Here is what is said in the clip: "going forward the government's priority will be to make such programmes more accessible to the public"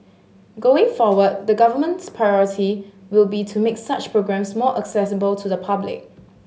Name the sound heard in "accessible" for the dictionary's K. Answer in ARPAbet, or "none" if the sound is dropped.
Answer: K